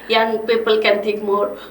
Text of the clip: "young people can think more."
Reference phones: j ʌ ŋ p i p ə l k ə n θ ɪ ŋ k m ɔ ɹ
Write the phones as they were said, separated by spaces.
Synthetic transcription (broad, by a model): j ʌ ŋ p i p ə l k ə n t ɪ k m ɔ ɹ